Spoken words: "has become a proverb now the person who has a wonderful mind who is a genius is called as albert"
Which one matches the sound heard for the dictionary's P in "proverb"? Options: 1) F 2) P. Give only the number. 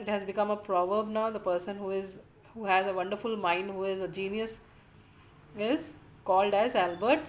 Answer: 2